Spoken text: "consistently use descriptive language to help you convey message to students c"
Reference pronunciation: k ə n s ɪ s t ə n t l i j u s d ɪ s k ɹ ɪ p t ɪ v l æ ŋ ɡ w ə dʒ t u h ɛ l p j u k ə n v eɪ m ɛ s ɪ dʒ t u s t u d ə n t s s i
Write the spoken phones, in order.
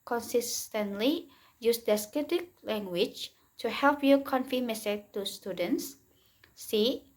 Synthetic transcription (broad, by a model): k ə n s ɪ s t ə n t l i j u s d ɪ s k ɪ t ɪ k l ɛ ŋ ɡ w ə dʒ t u h ɛ l p j u k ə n f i m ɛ s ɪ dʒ t u s t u d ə n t s s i